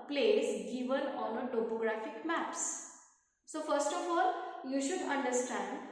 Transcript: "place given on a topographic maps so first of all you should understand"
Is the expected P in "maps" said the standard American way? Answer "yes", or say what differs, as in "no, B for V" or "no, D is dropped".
yes